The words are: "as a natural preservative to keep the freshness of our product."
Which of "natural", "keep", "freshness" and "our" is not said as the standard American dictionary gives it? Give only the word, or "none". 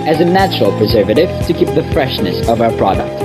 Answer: none